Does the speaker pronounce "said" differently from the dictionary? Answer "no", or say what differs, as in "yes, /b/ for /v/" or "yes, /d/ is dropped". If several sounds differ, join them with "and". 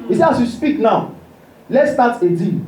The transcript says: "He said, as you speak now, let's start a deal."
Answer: yes, /d/ is dropped